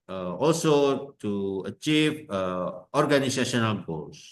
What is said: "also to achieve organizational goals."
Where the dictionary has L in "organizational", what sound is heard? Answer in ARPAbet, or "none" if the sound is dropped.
N